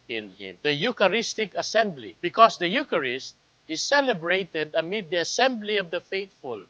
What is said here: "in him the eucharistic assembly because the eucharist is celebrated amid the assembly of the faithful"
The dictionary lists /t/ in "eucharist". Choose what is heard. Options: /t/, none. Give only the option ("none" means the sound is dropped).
/t/